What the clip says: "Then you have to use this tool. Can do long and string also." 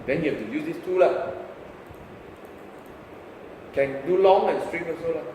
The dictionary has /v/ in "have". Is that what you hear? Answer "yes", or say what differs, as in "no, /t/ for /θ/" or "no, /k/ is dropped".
no, /f/ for /v/